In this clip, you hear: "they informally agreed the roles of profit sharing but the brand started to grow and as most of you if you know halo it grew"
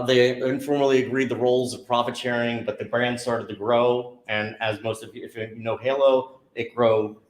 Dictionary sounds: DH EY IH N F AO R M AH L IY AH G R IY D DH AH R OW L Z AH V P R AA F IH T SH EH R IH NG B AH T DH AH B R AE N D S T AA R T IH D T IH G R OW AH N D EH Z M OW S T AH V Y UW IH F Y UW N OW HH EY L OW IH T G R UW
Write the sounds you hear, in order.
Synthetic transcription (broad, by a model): DH EY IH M F AO R M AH L IY AH G R IY D DH AH R OW L Z AH V P R AA F IH T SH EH R IH NG B AH T DH AH B R AE N D S T AA R T IH D T IH G R OW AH N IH Z M OW S T AH V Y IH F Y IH N OW HH EY L OW IH T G R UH